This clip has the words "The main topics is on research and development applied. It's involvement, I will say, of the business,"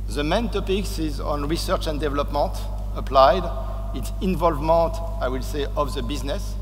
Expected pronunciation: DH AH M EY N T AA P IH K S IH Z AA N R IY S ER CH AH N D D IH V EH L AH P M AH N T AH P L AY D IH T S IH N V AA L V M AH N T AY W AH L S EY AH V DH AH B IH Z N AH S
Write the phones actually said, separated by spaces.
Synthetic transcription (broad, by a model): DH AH M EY N T AA P IH K S IH Z AA N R IY S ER CH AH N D D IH V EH L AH P M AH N T AH P L AY D IH T S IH N V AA L V M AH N T AY W AH L S EY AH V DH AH B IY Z N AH S